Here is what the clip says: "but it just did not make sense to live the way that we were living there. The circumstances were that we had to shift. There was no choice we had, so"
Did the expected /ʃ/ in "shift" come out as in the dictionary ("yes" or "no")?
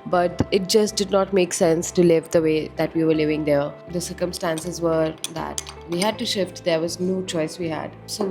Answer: yes